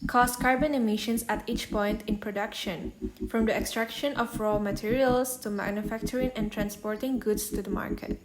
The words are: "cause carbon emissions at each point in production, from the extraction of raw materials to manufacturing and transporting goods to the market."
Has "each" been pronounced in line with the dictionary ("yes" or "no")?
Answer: yes